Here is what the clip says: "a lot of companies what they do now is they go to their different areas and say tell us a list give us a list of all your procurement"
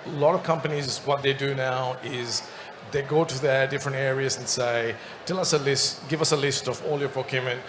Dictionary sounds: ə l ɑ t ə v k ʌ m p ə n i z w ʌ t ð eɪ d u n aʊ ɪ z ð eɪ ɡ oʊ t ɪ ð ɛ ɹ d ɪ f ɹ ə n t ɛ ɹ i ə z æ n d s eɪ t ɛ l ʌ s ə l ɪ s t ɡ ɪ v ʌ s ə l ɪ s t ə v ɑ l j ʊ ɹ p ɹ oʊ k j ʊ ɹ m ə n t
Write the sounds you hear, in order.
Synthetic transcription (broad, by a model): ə l ɑ t ə v k ʌ m p ə n i z w ʌ t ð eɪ d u n aʊ ɪ z ð eɪ ɡ oʊ t ɪ ð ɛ ɹ d ɪ f ɹ ə n t ɛ ɹ i ə z n s eɪ t ɛ l ʌ s ə l ɪ s t ɡ ɪ v ʌ s ə l ɪ s t ə v ɑ l j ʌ ɹ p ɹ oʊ k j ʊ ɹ m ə n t